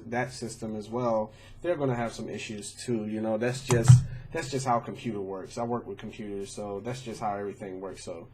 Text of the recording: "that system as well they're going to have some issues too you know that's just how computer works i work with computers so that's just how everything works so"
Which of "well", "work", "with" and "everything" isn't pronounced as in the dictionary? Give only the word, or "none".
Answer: none